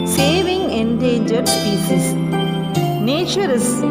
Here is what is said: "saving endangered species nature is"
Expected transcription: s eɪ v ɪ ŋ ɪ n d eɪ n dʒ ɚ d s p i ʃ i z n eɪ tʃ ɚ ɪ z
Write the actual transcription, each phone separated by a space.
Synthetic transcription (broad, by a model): s eɪ v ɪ ŋ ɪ n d eɪ n dʒ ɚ d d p i s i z n eɪ tʃ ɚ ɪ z